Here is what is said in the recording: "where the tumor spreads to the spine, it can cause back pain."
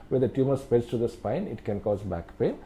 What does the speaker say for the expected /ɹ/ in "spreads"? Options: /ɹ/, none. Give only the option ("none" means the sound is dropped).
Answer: none